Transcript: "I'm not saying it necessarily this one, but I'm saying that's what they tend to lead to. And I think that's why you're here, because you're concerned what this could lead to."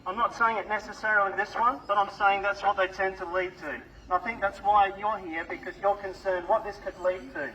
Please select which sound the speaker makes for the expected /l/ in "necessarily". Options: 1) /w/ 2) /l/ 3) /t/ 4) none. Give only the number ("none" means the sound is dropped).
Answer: 4